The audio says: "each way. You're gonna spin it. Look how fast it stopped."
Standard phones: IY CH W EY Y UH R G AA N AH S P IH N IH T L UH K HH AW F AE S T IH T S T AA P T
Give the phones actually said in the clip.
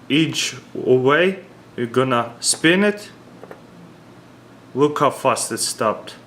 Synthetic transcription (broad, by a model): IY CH W EY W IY G AA N AH S P IH N IH T L UH K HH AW F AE S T IH T S T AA P T